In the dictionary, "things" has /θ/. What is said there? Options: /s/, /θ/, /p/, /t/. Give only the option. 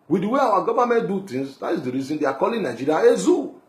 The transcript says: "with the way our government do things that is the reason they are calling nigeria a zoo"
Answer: /t/